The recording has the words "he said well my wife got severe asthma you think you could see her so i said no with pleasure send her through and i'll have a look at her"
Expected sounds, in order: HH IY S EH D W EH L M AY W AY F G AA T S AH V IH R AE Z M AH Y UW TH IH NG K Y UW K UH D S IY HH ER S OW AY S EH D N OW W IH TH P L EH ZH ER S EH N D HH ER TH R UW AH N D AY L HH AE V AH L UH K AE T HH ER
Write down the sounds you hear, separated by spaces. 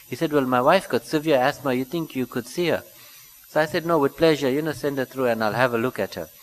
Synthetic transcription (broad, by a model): HH IY S EH D W EH L M AY W AY F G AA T S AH V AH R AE S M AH Y UW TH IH NG K Y UW K UH D S IY HH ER S OW AY S EH D N OW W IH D P L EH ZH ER S EH N D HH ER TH R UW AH N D AY L HH AE V AH L UH K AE T HH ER